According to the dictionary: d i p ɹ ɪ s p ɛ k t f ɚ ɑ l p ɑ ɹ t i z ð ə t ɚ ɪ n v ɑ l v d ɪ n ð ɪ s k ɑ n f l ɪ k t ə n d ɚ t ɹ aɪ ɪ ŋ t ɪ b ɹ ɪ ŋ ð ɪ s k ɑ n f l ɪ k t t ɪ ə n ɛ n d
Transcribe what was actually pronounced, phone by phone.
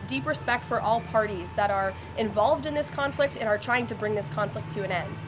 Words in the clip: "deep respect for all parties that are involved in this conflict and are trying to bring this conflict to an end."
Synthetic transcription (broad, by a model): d i p ɹ ɪ s p ɛ k t f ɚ ɑ l p ɑ ɹ t i z ð ə t ɚ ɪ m v ɑ l v d ɪ n ð ɪ s k ɑ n f l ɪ k t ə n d ɚ t ɹ aɪ ɪ ŋ t ɪ b ɹ ɪ ŋ ð ɪ s k ɑ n f l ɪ k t t ɪ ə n ɛ n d